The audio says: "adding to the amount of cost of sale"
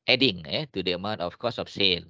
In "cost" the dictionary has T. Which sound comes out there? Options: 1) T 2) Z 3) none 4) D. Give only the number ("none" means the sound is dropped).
3